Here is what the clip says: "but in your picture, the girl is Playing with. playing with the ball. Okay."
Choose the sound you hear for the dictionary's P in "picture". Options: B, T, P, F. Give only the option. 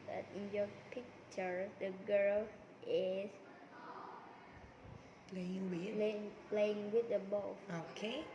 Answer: P